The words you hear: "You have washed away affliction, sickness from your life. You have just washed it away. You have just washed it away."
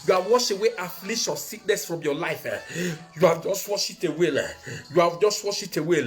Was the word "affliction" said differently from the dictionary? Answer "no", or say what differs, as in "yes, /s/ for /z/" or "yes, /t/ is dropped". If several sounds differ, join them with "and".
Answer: yes, /k/ is dropped